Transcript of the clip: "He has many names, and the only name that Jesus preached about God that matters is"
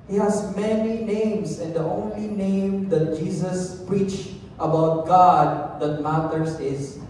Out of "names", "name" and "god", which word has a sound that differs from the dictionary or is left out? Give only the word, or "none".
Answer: names